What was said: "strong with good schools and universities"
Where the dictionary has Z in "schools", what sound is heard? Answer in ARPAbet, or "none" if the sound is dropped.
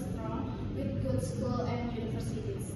none